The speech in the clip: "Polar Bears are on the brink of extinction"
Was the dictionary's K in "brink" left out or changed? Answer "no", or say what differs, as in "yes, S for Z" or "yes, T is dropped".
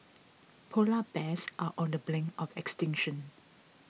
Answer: yes, K is dropped